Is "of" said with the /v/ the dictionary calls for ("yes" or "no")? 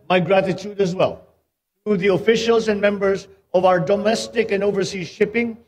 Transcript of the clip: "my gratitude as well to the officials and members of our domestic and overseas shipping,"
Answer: yes